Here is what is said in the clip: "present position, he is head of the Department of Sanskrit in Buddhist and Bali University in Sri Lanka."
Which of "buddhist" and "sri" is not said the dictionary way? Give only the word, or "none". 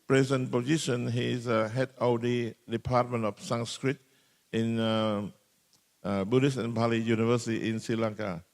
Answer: buddhist